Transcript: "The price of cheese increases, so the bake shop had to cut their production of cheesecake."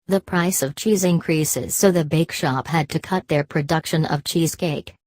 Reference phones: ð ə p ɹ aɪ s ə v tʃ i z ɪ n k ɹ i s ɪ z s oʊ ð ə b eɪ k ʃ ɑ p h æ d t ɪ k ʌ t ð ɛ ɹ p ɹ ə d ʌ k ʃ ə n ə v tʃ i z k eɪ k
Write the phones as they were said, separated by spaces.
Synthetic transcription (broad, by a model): ð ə p ɹ aɪ s ə v tʃ i z ɪ n k ɹ i s ɪ z s oʊ ð ə b eɪ k ʃ ɑ p h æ d t ɪ k ʌ t ð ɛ ɹ p ɹ ə d ʌ k ʃ ə n ə v tʃ i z k eɪ k